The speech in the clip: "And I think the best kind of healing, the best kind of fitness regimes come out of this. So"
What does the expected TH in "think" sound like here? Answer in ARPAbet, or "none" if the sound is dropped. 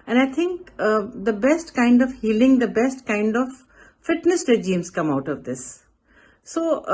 T